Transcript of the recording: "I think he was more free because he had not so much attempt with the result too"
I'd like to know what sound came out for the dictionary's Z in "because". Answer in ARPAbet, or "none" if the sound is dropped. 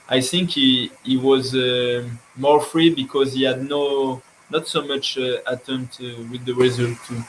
Z